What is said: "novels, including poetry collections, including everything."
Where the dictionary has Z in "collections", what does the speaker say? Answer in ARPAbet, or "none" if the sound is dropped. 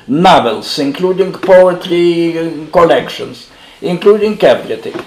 S